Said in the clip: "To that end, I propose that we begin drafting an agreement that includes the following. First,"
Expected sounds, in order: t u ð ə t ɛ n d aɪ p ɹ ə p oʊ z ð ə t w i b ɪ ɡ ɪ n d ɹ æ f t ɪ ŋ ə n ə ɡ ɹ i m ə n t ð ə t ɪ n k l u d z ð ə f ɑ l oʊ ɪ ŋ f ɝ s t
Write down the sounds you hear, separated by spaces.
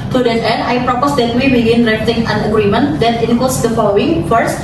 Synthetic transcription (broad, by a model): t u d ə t ɛ n d aɪ p ɹ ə p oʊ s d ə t w i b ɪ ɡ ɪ n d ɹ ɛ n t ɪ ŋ ə n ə ɡ ɹ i m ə n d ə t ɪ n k u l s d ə f ɑ l oʊ ɪ ŋ f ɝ s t